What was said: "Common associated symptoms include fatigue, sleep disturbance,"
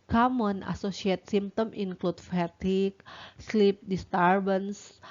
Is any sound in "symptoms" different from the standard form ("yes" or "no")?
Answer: yes